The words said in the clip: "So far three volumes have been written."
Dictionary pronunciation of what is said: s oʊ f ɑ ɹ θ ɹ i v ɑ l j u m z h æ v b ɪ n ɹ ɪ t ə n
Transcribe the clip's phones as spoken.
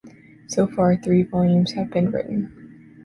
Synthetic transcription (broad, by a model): s oʊ f ɑ ɹ θ ɹ i v ɑ l j u m z h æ v b ɪ n ɹ ɪ t n